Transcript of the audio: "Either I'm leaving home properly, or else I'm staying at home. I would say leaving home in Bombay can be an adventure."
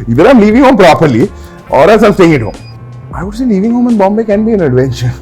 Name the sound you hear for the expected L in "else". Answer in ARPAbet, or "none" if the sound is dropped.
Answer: none